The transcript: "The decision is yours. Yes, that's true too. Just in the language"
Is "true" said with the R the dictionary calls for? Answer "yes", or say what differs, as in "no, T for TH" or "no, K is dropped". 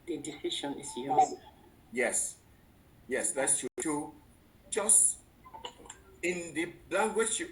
no, R is dropped